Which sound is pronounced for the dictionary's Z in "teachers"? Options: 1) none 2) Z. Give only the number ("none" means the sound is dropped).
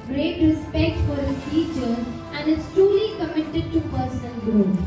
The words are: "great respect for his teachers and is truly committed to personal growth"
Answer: 1